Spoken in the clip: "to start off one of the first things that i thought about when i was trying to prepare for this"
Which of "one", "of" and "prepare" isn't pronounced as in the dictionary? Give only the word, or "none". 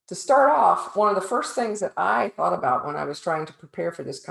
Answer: none